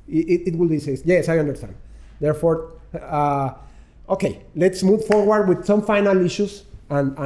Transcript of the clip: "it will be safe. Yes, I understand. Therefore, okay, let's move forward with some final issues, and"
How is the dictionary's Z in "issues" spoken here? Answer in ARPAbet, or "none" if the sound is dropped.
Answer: S